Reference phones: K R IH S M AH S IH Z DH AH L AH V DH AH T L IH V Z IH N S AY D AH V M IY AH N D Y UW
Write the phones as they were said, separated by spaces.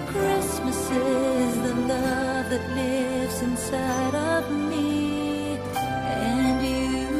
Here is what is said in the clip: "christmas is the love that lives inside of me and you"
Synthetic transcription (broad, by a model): K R IH S M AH S IH Z DH AH N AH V DH AH T L IH V Z IH N S AY D AH V M IY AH N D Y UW